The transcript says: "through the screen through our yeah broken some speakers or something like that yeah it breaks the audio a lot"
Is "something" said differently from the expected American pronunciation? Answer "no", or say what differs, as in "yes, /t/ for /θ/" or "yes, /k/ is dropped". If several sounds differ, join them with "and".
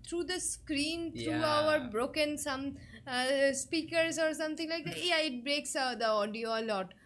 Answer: yes, /t/ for /θ/